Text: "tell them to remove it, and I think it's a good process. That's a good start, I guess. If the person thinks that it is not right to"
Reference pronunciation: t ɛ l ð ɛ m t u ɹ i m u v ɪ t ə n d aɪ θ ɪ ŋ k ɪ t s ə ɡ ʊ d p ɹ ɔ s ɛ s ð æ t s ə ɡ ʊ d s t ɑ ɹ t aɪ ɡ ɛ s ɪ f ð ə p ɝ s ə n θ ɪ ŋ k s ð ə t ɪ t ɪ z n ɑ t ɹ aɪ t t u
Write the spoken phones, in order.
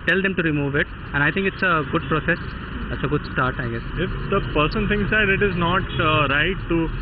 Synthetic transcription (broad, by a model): t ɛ l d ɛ m t u ɹ i m u v ɪ t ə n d aɪ t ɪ ŋ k ɪ t s ə ɡ ʊ d p ɹ ɔ s ɛ s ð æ t s ə ɡ ʊ d s t ɑ ɹ t aɪ ɡ ɛ s ɪ f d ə p ɝ s ə n t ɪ ŋ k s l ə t ɪ t ɪ z n ɑ t ɹ aɪ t t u